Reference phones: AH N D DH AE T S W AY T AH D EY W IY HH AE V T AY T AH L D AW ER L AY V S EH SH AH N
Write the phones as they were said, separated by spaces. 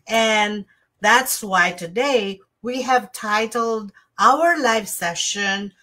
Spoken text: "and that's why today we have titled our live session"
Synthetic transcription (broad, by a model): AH N DH AE T S W AY T AH D EY W IY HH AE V T AY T L D AW ER L AY F S EH SH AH N